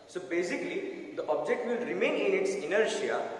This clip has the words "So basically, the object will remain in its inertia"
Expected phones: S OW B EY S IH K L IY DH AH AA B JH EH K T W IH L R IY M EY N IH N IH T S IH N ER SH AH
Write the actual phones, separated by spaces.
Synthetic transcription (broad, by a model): S OW B EY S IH K L IY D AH AA B JH EH K T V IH L R IY M EY N IH N IH T S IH N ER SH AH